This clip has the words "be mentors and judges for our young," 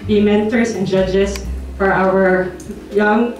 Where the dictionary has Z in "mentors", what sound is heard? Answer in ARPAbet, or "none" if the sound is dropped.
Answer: S